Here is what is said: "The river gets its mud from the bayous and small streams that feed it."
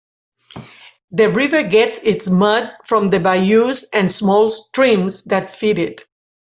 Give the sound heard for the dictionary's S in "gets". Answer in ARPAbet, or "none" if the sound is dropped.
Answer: S